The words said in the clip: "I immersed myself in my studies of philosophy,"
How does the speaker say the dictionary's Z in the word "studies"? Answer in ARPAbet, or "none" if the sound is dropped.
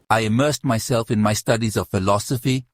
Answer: Z